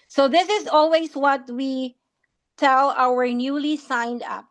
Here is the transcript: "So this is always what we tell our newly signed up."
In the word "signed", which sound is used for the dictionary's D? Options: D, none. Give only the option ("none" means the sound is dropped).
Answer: D